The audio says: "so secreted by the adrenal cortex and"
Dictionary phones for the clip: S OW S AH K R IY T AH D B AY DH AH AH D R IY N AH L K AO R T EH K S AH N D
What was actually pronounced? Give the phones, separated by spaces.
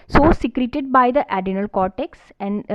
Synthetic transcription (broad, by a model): S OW S AH K R IY T AH D B AY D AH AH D IY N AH L K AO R T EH K S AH N D